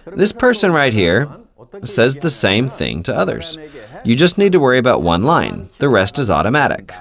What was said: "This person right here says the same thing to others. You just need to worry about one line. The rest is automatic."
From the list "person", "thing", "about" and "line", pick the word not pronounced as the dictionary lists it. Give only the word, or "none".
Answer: none